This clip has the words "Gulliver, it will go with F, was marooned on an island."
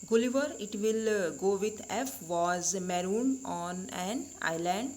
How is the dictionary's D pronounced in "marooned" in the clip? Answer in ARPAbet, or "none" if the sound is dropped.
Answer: none